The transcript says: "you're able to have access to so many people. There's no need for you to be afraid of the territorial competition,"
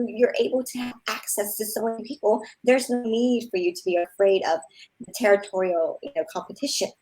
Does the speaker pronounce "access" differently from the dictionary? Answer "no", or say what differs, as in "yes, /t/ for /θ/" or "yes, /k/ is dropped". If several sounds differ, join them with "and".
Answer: no